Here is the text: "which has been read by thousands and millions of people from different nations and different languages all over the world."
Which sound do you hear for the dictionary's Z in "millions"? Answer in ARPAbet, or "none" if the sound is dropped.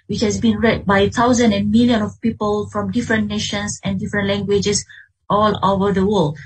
none